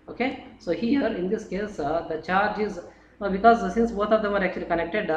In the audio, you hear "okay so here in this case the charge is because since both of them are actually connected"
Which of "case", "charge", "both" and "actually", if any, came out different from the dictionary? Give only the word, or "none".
both